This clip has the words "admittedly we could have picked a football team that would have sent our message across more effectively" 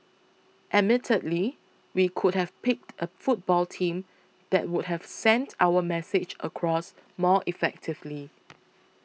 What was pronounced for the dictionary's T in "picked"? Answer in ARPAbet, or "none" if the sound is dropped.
T